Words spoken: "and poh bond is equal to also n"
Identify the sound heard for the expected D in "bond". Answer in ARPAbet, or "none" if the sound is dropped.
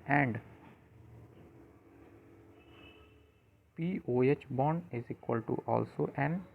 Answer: none